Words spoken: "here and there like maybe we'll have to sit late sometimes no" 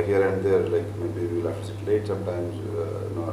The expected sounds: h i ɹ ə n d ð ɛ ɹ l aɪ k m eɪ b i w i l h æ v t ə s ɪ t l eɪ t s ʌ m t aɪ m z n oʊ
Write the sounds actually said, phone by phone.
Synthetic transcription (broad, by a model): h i ɹ ə n d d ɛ ɹ l aɪ k m eɪ b i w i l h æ f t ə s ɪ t l eɪ t s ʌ m t aɪ m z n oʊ